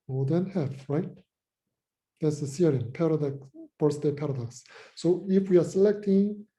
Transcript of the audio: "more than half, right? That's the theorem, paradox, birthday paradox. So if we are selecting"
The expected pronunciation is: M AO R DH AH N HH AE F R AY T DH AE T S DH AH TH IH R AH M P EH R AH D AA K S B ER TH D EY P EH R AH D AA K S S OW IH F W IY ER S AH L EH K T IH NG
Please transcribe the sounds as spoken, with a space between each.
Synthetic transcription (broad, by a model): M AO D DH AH N HH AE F R AY T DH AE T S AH S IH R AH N P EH R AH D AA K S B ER S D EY P EH R AH D AA K S S OW IH F W IY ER S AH L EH K T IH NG